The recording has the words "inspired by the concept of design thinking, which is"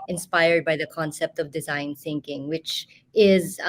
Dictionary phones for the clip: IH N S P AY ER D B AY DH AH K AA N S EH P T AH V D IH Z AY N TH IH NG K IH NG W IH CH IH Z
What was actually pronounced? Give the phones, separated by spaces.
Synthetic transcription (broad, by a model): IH N S P AY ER D B AY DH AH K AA N S EH P T AH V D IH Z AY N TH IH NG K IH NG W IH CH IH Z